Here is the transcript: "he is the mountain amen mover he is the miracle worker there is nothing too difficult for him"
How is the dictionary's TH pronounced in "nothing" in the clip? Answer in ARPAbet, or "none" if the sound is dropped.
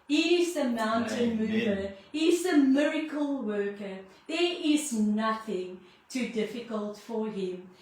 TH